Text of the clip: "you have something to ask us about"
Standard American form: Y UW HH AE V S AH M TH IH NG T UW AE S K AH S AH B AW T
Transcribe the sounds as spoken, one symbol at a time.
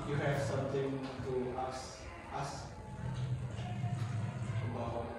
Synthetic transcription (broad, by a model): Y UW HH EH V S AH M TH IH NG T UW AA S AH S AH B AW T